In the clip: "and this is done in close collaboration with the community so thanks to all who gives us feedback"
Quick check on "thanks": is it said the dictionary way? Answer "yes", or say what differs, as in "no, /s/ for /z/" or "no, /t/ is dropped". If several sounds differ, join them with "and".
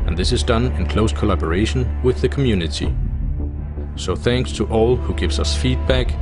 yes